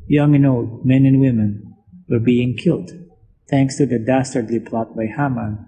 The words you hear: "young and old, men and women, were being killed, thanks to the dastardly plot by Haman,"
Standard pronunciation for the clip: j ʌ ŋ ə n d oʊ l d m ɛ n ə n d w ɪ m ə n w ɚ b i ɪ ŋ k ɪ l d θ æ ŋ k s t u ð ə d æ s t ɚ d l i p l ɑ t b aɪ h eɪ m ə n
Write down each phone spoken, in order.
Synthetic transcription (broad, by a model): j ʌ ŋ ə n oʊ l d m ɛ n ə n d w ɪ m ə n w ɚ b i ɪ ŋ k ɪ l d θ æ ŋ k s t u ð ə d æ s t ɚ d l i p l ɑ t b aɪ h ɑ m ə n